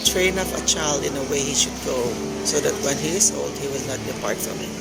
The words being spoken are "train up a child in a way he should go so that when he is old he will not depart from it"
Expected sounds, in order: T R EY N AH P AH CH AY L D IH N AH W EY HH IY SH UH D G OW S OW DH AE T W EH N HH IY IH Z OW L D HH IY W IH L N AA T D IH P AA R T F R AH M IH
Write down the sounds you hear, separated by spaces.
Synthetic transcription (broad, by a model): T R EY N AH F AH CH AY L D IH N AH W EY HH IY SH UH D G OW S OW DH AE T W EH N HH IY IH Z OW L D HH IY W IH L N AA T D IH P AA R T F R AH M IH